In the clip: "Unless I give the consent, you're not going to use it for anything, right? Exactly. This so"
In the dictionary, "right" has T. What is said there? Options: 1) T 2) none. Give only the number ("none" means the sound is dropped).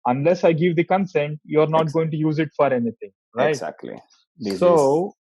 2